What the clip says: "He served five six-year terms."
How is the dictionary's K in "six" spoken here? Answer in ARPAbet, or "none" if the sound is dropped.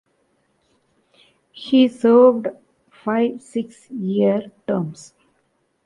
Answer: K